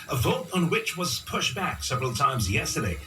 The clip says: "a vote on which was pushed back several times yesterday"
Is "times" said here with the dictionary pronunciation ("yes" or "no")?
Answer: yes